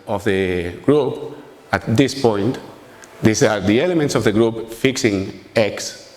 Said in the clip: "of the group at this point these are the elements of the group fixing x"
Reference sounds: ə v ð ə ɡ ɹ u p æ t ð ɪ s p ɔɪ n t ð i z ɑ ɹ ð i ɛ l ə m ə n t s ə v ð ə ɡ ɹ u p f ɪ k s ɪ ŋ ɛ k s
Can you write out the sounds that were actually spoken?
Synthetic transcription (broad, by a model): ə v ð ə ɡ ɹ u p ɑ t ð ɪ s p ɔɪ n t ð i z ɑ ɹ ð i ɛ l ə m ə n t s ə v ð ə ɡ ɹ u p f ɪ k s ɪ ŋ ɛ k s